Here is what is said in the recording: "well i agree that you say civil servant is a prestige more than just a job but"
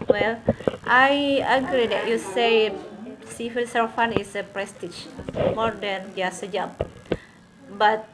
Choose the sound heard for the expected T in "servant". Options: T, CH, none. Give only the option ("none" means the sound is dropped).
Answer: none